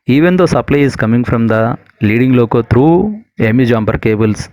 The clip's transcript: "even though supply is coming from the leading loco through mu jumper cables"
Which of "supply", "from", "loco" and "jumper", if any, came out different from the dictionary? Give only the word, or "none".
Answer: jumper